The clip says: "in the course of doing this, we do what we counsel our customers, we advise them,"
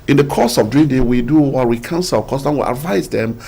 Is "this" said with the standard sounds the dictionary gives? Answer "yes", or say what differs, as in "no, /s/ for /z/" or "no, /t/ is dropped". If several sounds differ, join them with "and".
no, /s/ is dropped